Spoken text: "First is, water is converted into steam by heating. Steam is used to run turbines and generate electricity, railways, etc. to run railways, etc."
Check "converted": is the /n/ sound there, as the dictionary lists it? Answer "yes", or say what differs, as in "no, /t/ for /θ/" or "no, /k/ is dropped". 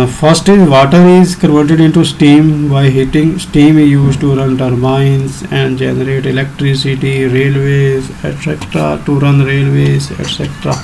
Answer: no, /n/ is dropped